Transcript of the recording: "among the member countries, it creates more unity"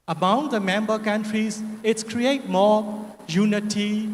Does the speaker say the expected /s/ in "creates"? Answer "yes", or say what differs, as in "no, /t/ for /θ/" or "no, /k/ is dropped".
no, /s/ is dropped